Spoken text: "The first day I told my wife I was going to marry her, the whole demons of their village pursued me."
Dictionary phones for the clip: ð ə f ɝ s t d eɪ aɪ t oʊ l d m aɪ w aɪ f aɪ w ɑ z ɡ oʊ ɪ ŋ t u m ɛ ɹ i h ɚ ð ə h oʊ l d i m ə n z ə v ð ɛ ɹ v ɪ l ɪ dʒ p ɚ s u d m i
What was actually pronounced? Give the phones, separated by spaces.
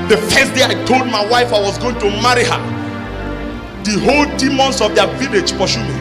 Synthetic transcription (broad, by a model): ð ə f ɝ s t d eɪ aɪ t oʊ l d m aɪ w aɪ f aɪ w ɑ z ɡ oʊ ɪ ŋ t u m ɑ ɹ i h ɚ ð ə h oʊ l d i m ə n s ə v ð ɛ v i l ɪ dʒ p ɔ ʃ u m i